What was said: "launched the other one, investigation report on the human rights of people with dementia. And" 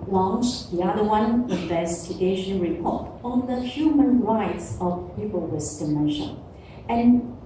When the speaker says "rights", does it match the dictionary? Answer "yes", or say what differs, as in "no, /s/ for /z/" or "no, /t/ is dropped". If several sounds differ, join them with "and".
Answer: yes